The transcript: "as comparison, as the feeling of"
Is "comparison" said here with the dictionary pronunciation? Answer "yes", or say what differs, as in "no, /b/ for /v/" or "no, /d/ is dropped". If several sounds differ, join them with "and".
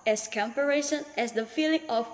no, /ʃ/ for /s/